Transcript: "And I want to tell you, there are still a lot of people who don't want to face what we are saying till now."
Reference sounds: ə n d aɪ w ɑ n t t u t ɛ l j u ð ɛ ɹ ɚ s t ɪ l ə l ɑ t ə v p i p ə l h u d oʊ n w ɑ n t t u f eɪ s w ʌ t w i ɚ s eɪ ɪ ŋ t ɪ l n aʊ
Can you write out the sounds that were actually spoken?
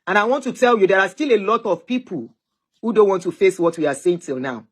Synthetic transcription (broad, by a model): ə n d aɪ w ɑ n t t u t ɛ l j u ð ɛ ɹ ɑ s t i l ə l ɑ t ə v p i p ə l h u d oʊ n w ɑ n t t u f eɪ s w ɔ t w i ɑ s eɪ ɪ ŋ t ɪ l n aʊ